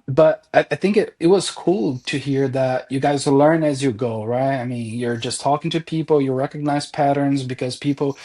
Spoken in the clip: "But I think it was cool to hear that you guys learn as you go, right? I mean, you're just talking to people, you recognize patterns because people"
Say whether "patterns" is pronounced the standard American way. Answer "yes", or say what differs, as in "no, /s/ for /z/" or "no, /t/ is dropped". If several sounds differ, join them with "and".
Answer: yes